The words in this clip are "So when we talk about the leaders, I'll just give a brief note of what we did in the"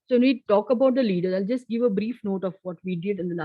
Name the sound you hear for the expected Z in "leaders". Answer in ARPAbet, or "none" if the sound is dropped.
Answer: none